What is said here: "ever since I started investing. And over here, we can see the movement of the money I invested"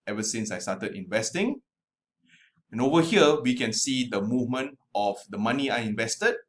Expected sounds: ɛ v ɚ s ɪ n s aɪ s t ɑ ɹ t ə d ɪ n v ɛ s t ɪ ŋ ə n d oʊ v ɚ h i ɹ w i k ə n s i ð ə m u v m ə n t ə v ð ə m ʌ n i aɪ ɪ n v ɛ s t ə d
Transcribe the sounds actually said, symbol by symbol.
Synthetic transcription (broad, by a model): ɛ v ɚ s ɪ n s aɪ s t ɑ t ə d ɪ n v ɛ s t ɪ ŋ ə n oʊ v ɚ h i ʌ w i k ə n s i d ə m u v m ə n t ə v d ə m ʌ n i aɪ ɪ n v ɛ s t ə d